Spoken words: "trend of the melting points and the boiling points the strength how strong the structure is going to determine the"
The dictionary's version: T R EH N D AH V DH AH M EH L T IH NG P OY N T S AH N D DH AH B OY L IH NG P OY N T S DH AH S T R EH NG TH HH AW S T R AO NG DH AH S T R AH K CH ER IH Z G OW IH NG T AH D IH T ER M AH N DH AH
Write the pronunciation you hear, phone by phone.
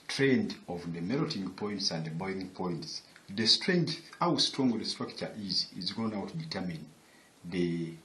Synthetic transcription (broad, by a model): T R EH N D AH V DH AH M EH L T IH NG P OY N T S AH N D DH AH B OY IH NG P OY N T S DH AH S T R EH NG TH HH AW S T R AO NG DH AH S T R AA K CH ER IH Z G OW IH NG T D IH T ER M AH N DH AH